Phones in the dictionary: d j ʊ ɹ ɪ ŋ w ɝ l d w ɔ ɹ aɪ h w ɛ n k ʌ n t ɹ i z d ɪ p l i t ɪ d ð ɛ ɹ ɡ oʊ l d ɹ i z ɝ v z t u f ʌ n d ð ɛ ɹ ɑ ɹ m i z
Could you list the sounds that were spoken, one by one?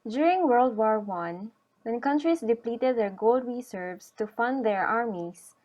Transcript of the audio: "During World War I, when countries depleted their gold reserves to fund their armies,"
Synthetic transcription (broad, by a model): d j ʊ ɹ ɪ ŋ w ɝ l d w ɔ ɹ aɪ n w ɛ n k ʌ n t ɹ i s d ɪ p l i t ɪ d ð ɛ ɹ ɡ oʊ l d w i s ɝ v s t u f ʌ n d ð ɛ ɹ ɑ ɹ m i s